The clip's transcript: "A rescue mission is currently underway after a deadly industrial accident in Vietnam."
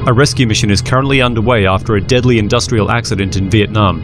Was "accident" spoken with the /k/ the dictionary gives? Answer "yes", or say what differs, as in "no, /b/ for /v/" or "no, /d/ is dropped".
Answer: yes